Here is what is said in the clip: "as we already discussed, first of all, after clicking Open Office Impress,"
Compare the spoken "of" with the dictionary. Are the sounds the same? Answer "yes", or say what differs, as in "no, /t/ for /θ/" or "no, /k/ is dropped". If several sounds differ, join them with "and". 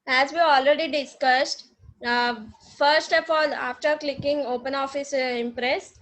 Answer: no, /p/ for /v/